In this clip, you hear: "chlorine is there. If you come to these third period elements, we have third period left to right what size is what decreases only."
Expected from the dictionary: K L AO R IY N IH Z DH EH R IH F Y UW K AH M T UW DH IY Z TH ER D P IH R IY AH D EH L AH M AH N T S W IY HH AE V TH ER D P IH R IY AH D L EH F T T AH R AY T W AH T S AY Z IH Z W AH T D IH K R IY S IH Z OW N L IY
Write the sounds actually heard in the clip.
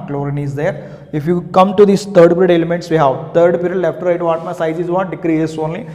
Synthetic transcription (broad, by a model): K L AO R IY N IH Z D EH R IH F Y UW K AH M T UW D IY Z T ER D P R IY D EH L AH M AH N T S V IY HH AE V T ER D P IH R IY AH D L EH F T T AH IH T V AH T S AY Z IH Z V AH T D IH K R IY IH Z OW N L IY